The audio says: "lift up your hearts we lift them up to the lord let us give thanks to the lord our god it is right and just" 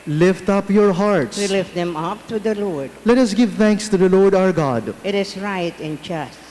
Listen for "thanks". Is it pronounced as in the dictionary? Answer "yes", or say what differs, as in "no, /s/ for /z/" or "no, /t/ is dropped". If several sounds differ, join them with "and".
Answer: no, /t/ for /θ/